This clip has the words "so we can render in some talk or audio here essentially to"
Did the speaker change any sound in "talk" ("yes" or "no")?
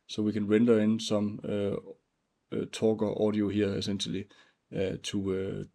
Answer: yes